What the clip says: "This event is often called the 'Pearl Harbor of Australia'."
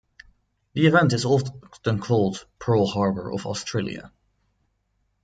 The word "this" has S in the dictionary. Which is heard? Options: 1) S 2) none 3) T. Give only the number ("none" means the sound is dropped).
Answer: 2